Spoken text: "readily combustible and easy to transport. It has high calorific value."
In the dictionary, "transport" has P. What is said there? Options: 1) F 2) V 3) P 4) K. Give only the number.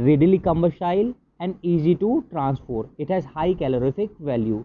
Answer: 1